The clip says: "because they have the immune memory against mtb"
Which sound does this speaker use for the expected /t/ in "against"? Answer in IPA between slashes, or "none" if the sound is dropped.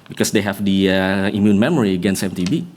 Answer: none